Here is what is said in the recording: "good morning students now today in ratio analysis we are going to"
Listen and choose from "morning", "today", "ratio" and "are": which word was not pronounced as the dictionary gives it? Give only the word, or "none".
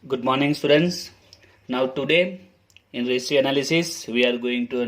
ratio